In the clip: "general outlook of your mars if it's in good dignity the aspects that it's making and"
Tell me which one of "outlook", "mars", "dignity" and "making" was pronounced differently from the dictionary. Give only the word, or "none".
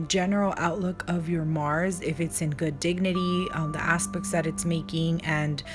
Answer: none